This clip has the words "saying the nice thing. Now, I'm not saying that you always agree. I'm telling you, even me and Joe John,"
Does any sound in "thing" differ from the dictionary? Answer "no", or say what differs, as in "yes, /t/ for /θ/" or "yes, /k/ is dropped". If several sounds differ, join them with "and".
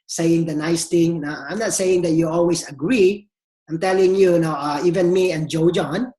yes, /t/ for /θ/